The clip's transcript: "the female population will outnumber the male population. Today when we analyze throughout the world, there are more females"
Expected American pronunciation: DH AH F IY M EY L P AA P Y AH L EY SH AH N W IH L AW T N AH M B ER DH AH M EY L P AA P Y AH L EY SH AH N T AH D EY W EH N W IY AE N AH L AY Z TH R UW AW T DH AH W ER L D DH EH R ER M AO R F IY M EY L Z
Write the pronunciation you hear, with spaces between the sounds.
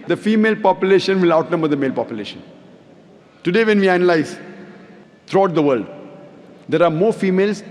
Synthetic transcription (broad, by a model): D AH F IY M EY L P AA P Y AH L EY SH AH N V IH L AW T N AH M B ER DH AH M EY L P AA P Y AH L EY SH AH N T AH D EY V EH N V IY AE N AH L AY Z T R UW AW T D AH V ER L D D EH R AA M AO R F IY M EY L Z